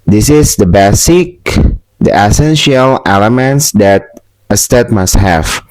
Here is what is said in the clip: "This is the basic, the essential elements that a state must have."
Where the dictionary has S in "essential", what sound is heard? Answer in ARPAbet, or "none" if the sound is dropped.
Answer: S